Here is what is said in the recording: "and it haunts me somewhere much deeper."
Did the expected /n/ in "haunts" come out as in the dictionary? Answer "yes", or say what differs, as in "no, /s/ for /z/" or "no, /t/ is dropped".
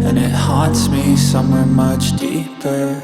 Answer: no, /n/ is dropped